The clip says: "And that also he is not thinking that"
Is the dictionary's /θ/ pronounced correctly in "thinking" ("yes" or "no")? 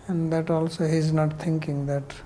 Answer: no